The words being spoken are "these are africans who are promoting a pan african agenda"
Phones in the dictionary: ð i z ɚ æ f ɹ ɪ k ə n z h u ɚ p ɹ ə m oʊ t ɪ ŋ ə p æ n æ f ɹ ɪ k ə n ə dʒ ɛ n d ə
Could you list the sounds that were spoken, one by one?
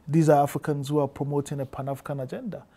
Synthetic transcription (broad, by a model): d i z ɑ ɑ f ɹ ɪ k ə n z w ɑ p ɹ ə m oʊ t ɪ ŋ ə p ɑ n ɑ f ɪ k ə n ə dʒ ɛ n d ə